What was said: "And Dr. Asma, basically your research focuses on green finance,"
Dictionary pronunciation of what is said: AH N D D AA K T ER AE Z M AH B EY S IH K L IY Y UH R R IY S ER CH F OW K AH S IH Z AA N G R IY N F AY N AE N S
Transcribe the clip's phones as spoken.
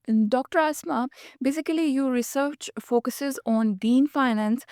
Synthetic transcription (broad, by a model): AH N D D AA K T ER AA S M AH B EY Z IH K L IY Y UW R R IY S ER CH F OW K AH S IH Z AA N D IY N F AY N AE N S